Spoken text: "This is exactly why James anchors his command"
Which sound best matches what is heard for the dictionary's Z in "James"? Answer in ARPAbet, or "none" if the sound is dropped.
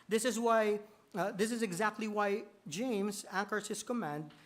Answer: Z